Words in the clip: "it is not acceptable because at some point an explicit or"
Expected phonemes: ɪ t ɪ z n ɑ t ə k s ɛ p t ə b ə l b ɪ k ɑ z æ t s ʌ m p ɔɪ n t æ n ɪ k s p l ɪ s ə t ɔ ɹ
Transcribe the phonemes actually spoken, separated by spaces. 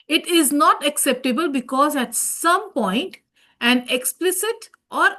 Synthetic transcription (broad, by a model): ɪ t ɪ z n ɑ t ə k s ɛ p t ə b ə l b ɪ k ɑ z æ t s ʌ m p ɔɪ n t æ n ɪ k s p l ɪ s ə t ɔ ɹ